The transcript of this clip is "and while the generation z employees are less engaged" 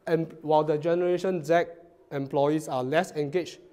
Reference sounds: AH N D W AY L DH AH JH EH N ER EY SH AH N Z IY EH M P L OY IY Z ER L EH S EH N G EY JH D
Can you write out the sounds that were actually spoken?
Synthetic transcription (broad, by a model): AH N W AY L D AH JH EH N ER EY SH AH N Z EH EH M P L OY IY S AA L EH S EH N G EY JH